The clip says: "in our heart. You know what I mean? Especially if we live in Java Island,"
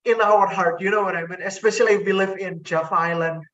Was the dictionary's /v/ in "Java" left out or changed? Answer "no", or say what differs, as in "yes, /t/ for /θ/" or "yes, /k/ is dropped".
yes, /f/ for /v/